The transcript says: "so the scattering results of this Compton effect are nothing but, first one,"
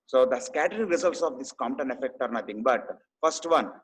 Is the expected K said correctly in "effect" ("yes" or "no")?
yes